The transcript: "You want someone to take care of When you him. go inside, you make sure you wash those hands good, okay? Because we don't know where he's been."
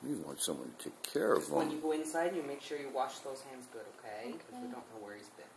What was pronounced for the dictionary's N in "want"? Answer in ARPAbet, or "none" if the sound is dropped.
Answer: N